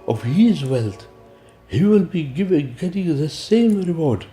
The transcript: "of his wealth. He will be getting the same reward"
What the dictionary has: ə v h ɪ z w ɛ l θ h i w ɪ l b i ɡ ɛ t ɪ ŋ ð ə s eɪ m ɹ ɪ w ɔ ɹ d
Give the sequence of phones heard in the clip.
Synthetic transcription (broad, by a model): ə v h ɪ z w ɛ l t h i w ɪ l b i ɡ ɛ t ɪ ŋ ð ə s eɪ m ɹ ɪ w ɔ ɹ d